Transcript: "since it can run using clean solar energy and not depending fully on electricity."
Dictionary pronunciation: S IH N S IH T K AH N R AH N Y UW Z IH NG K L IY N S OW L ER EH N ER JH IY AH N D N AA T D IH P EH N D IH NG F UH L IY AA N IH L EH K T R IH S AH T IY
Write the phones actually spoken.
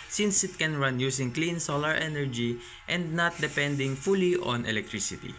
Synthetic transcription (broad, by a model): S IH N S IH T K AH N R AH N Y UW S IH NG K L IY N S OW L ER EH N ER JH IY AH N D N AA T D IH P EH N D IH NG F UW L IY AA N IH L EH K T R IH S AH T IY